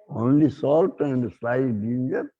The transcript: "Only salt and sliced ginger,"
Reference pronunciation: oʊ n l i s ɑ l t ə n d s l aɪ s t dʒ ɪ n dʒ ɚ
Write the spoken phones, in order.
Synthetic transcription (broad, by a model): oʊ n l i s ɑ l t ə n d s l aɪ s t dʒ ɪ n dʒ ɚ